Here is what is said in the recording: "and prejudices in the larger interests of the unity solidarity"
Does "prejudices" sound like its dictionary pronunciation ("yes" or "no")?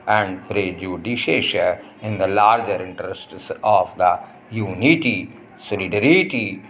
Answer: no